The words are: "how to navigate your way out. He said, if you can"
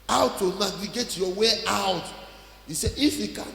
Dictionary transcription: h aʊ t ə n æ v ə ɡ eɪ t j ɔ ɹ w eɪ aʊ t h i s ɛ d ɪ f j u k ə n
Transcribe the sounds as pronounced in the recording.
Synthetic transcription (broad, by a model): aʊ t ə n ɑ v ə ɡ eɪ t j ɔ w eɪ aʊ t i s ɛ ɪ f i k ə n